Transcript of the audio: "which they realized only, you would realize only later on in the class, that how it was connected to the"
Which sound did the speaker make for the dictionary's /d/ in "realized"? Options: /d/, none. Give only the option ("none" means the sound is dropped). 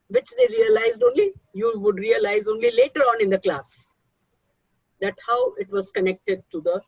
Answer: /d/